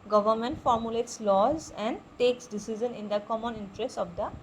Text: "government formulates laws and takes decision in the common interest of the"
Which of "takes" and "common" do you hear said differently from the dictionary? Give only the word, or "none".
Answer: none